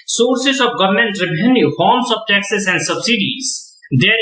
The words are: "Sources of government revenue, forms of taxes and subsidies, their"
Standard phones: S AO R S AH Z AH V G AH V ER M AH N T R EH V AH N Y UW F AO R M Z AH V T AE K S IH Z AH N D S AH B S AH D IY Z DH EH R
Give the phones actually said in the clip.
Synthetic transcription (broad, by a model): S AO R S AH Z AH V G AH V ER M AH N T R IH B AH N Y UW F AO R M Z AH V T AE K S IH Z AH N D S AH B S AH D IY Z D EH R